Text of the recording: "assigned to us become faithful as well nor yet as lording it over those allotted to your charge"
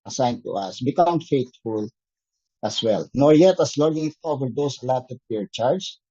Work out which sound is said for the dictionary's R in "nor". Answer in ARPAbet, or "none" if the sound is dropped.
R